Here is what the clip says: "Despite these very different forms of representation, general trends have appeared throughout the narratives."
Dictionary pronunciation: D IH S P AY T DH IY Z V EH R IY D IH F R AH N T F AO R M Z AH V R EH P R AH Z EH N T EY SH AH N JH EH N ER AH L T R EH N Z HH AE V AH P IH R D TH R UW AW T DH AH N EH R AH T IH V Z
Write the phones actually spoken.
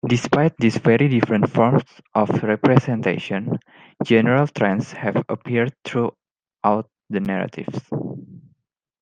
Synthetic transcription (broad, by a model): D IH S P AY T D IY S V EH R IY D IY F R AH N T F AO R M S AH F R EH P R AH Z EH N T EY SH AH N JH EH N ER AH L T R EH N S HH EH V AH P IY R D T R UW AW T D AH N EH R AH T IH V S